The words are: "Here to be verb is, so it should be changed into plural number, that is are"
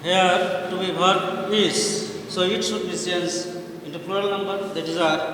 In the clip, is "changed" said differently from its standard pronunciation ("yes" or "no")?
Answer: yes